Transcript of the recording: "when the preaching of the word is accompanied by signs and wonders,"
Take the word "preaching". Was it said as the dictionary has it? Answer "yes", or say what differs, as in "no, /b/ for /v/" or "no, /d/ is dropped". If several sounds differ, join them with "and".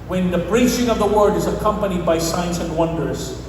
no, /b/ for /p/